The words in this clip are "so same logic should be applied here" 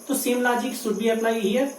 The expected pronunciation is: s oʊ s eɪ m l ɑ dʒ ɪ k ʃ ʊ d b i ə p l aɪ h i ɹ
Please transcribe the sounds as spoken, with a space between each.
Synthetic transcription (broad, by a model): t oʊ s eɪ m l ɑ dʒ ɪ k s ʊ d b i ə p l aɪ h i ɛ